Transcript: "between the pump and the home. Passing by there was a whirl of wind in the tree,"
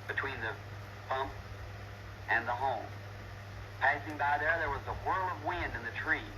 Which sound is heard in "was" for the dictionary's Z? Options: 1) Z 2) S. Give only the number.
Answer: 1